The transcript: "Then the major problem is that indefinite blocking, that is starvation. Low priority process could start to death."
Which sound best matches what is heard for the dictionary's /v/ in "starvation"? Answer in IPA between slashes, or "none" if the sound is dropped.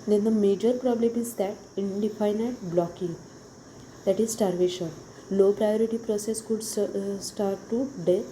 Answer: /v/